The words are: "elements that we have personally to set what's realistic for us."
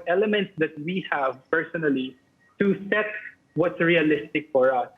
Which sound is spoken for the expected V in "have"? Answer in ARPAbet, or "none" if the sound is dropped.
V